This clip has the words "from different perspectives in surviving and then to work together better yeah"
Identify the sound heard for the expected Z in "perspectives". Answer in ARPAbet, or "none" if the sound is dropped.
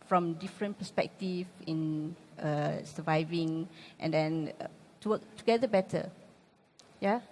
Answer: none